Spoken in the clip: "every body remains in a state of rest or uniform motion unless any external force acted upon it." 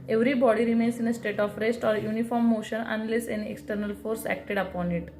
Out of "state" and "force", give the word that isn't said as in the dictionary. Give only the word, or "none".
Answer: none